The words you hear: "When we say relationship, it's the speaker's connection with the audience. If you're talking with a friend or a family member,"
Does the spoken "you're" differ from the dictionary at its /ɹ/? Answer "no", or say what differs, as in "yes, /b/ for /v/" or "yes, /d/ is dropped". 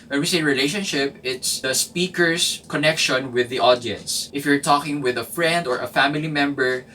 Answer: no